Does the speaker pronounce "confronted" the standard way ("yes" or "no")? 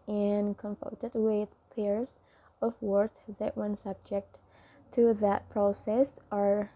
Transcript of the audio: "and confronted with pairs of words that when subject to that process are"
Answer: no